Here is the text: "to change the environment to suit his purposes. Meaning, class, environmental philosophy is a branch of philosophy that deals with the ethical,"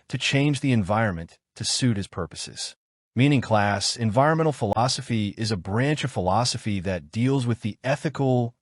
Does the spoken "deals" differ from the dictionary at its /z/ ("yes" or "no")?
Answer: no